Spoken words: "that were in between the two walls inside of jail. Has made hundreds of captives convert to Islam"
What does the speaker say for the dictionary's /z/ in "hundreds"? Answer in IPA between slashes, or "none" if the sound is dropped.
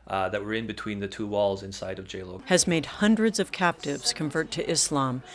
/z/